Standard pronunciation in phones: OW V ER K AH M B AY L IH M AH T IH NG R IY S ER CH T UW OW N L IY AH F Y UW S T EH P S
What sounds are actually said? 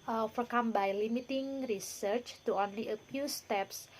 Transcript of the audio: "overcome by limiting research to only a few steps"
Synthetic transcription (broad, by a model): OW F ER K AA M B AY L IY M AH T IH NG R IY S ER CH T UW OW N L IY AH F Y UW S T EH P S